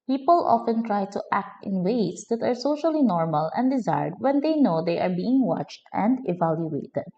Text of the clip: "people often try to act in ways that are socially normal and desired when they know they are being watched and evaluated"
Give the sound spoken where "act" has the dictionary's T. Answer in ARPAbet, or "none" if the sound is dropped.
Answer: T